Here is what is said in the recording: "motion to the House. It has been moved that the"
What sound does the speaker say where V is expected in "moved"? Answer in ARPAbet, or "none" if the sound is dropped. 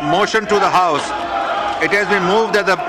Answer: V